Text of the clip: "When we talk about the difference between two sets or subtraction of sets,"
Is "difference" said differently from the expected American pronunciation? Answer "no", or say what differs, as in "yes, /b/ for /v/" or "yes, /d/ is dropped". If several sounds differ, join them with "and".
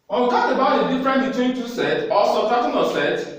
yes, /s/ is dropped